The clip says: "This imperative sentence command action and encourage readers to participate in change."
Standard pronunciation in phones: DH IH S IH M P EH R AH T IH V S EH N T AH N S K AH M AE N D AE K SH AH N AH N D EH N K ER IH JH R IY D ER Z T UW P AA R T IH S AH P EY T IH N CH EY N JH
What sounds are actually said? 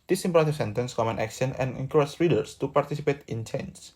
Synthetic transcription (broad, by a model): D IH S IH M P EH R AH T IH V S EH N T AH N S K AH M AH N AE K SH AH N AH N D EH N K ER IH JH R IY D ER S T UW P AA R T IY S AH P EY T IH N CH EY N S